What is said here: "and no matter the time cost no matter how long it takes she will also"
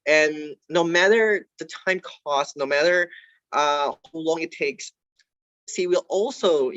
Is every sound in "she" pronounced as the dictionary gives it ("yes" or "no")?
no